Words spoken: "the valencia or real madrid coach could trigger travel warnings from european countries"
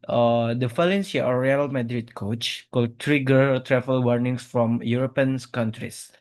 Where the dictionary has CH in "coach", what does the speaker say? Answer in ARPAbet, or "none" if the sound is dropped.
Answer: CH